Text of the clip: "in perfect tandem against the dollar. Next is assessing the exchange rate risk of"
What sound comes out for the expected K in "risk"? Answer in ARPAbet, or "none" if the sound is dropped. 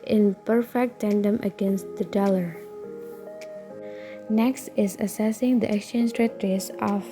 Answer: none